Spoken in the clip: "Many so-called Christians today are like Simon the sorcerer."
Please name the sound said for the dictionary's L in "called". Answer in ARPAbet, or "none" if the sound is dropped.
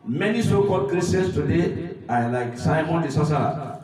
none